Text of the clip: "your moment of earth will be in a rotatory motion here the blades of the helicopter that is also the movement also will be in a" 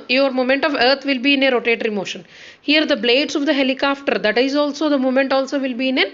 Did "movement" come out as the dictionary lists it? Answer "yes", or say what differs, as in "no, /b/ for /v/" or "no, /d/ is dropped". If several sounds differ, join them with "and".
no, /v/ is dropped